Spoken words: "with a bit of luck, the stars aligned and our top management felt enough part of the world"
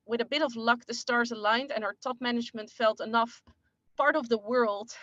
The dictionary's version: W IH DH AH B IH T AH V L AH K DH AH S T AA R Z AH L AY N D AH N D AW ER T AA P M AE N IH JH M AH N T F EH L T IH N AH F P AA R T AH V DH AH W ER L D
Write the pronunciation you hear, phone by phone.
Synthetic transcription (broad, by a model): W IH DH AH B IH T AH V L AH K DH AH S T AA R Z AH L AY N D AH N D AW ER T AA P M AE N IH JH M AH N T F EH L T IH N AH F P AA R T AH V DH AH W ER L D